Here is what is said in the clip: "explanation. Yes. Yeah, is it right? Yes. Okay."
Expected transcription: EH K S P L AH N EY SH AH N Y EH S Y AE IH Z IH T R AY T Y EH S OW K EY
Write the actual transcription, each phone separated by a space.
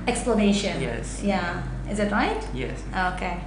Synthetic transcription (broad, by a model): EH K S P L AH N EY SH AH N Y EH S Y AE IH Z IH T R AY T Y EH S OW K EY